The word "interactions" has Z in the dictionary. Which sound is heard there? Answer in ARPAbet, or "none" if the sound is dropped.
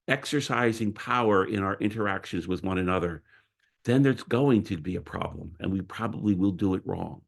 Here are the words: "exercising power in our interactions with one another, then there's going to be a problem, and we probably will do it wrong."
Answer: Z